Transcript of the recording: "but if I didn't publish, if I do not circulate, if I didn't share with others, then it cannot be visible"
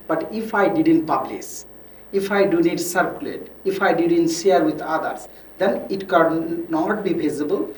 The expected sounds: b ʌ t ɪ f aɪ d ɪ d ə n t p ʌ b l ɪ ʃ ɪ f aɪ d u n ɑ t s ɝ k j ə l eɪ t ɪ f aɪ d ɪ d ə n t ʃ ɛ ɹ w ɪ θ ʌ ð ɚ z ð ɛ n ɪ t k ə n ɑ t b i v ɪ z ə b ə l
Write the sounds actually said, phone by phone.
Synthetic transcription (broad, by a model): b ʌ t ɪ f aɪ d ɪ d ə n t p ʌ b l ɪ s ɪ f aɪ d u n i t s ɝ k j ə l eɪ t ɪ f aɪ d ɪ d ə n t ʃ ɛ ɹ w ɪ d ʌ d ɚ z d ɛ n ɪ t k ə n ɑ t b i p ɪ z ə b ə l